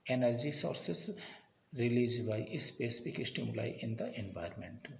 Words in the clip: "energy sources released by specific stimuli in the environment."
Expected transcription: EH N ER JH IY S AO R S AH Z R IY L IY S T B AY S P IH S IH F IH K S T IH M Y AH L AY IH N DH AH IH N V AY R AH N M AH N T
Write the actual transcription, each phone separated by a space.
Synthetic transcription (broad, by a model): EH N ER JH IY S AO R S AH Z R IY L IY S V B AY S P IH S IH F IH K S T IH M Y AH L AY IH N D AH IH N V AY R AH M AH N T